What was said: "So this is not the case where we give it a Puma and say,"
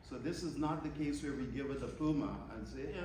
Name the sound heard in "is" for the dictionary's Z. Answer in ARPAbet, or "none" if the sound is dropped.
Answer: Z